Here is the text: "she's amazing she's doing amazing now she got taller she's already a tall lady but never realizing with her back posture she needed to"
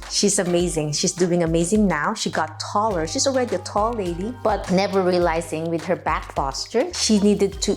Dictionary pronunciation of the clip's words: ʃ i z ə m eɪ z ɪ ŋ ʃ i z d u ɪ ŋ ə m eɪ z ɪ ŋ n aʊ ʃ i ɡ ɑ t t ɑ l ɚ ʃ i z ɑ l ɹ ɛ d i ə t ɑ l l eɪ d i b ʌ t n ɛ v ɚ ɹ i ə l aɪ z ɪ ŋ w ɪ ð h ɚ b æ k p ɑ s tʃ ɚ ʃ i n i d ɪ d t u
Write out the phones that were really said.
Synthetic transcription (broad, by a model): ʃ i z ə m eɪ z ɪ ŋ ʃ i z d u ɪ ŋ ə m eɪ z ɪ ŋ n aʊ ʃ i ɡ ɑ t t ɑ l ɚ ʃ i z ɑ l ɹ ɛ d i ə t ɑ l l eɪ d i b ʌ t n ɛ v ɚ ɹ i ə l aɪ z ɪ ŋ w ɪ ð h ɚ b æ k f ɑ s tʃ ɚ ʃ i n i d ɪ d t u